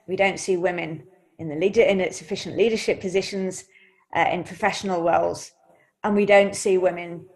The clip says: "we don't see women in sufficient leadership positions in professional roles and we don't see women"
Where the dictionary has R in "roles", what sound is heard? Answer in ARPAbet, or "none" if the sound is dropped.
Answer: W